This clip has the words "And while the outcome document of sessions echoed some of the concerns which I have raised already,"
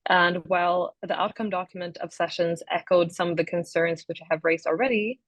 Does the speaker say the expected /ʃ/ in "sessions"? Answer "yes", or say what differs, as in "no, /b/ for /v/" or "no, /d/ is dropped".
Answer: yes